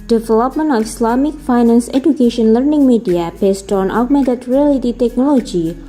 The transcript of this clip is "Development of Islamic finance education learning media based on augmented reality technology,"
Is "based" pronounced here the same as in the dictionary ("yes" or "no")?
yes